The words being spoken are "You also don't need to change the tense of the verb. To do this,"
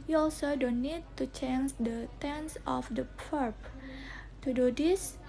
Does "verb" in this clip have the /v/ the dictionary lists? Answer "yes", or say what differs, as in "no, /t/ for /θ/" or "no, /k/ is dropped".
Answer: no, /p/ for /v/